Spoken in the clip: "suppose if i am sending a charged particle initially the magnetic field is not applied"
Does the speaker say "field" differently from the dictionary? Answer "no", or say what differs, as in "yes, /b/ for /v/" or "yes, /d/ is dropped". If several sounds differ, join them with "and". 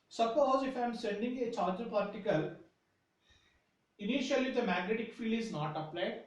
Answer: yes, /d/ is dropped